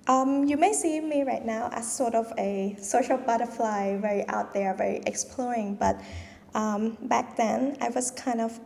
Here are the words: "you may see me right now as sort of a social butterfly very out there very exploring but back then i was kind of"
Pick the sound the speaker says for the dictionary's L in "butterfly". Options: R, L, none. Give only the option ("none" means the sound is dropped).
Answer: L